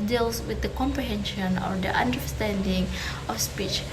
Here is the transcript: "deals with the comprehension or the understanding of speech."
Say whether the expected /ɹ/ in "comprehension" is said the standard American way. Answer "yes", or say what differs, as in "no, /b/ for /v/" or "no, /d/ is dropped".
yes